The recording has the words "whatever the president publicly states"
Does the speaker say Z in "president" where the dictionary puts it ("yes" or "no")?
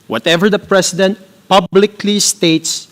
no